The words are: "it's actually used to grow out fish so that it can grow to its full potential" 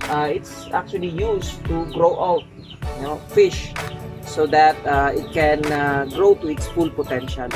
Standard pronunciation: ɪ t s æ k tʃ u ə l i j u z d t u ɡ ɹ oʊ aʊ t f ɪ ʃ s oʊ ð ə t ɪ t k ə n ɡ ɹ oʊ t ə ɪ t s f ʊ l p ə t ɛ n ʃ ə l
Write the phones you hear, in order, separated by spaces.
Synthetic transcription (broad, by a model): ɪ t s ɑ k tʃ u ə l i j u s t u ɡ ɹ oʊ aʊ t f ɪ ʃ s oʊ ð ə t ɪ t k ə n ɡ ɹ oʊ t ə ɪ t s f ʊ l p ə t ɛ n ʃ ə l